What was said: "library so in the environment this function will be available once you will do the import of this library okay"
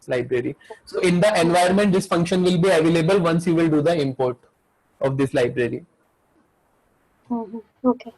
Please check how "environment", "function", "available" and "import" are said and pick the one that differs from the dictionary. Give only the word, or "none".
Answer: environment